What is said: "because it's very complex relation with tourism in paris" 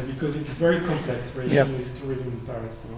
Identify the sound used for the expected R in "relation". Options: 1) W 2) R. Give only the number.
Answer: 1